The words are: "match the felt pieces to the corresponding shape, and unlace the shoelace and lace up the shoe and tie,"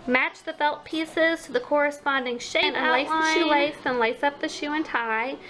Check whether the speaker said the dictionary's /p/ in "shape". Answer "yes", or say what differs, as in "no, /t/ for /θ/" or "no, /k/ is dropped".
no, /p/ is dropped